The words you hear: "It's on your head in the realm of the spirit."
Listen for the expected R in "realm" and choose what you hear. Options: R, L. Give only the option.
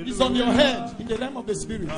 L